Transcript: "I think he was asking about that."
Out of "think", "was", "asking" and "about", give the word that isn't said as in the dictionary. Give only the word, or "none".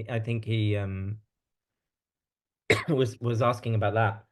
none